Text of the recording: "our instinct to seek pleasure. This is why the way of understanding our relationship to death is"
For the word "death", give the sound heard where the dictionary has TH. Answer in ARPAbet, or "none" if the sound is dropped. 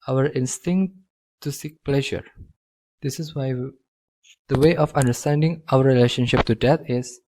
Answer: T